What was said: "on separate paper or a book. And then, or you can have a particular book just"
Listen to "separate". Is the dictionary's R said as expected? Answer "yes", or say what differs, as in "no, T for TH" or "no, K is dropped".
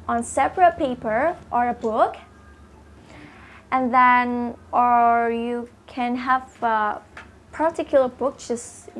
yes